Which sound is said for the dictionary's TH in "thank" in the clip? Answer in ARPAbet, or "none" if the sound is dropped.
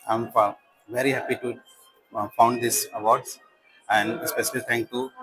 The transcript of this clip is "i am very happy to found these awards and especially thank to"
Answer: T